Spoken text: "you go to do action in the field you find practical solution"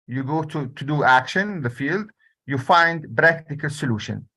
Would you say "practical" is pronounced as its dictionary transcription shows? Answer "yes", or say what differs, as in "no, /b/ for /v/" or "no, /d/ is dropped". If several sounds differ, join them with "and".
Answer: no, /b/ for /p/